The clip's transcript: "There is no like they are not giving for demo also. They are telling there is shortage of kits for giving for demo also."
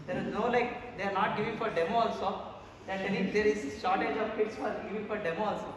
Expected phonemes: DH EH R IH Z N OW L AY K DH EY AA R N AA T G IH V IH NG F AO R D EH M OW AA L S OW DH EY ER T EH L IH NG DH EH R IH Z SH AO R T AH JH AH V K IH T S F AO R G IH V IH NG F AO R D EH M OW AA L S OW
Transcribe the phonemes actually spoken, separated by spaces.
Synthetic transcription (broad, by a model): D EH R IH Z N OW L AY K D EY AA R N AA T G IH V IH NG F AO R D EH M OW AA L S OW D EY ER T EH N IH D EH R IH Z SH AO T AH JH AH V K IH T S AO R G IH V IH NG F AO R D EH M OW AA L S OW